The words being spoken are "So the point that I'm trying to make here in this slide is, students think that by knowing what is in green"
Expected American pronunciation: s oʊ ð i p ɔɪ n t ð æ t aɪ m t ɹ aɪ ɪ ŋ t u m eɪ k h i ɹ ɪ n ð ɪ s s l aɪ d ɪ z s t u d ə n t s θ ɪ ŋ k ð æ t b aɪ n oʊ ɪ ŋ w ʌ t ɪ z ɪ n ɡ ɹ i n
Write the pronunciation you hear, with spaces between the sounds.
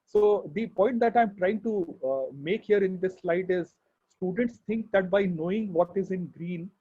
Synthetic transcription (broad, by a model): s oʊ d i p ɔɪ n t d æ t aɪ m t ɹ aɪ ɪ ŋ t u m eɪ k h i ɹ ɪ n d ɪ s s l aɪ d ɪ z s t u d ə n t s t ɪ ŋ k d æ t b aɪ n oʊ ɪ ŋ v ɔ t ɪ z ɪ n ɡ ɹ i n